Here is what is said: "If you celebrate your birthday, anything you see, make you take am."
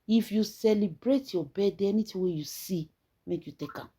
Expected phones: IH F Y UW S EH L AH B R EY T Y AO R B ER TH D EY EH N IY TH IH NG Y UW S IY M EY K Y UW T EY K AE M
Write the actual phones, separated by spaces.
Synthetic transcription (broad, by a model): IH F Y UW S EH L AH B R EY T Y AO B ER D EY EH N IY T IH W Y UW S IY M EY K Y UW T EY K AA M